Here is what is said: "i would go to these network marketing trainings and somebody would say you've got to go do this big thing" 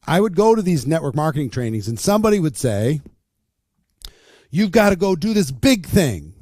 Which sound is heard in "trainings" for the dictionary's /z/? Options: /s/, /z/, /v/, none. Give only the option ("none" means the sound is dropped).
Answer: /z/